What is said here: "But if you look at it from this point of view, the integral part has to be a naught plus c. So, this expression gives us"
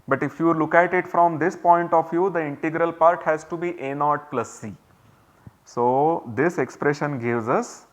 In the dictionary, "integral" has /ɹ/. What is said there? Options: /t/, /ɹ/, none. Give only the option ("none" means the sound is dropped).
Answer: /ɹ/